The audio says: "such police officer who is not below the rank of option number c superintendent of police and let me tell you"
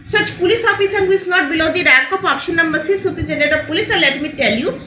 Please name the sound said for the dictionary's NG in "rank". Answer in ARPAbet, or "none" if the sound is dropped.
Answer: none